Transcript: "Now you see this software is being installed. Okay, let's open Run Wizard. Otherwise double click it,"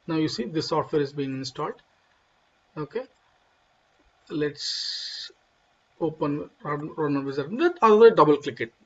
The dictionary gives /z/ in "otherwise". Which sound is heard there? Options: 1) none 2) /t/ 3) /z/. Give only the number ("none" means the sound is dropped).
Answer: 1